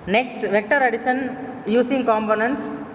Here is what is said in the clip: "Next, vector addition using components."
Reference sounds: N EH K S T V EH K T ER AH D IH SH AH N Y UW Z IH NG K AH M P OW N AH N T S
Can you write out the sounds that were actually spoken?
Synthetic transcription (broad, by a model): N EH K S T V EH K T ER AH D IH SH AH N Y UW S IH NG K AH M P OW N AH N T S